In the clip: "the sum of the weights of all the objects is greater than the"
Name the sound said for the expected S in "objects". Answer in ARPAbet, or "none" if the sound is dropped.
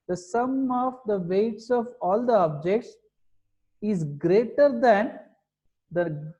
S